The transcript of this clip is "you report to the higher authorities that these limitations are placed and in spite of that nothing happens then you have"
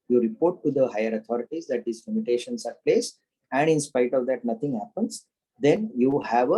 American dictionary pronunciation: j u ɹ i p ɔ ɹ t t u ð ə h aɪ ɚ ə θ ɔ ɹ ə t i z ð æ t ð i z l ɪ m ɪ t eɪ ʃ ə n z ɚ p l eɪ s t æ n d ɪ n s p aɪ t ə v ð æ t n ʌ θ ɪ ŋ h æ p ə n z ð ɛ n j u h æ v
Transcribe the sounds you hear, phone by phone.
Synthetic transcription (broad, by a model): j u ɹ i p ɔ ɹ t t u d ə h aɪ ɚ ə t ɔ ɹ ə t i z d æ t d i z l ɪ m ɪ t eɪ ʃ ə n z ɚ p l eɪ s æ n d ɪ n s p aɪ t ə v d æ t n ʌ t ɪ ŋ h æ p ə n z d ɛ n j u h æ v